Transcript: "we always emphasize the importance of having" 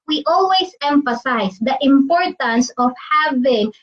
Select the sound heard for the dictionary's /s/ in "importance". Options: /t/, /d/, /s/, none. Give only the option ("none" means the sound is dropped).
/s/